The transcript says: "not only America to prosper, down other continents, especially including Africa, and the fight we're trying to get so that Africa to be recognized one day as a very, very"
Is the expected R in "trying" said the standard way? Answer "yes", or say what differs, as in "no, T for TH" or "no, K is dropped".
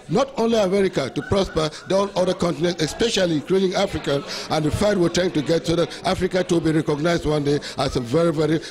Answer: no, R is dropped